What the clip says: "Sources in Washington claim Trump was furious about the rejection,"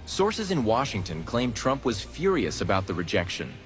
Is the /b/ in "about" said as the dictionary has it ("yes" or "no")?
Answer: yes